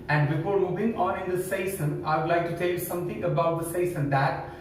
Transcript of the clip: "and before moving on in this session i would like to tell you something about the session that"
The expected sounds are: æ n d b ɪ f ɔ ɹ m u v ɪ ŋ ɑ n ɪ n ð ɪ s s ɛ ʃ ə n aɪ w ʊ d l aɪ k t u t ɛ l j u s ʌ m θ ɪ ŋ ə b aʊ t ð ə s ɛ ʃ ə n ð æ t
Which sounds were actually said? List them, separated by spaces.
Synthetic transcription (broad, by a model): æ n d b ɪ f ɔ ɹ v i b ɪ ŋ ɑ n ɪ n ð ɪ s s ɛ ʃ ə n aɪ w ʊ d l aɪ k t u t ɛ l j u s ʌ m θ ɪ ŋ ə b aʊ t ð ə s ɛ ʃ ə n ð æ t